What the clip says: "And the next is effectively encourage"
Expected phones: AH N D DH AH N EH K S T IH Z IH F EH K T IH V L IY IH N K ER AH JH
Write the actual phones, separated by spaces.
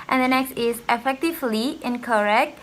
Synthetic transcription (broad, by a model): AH N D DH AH N EH K S T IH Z IH F EH K T IH V L IY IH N K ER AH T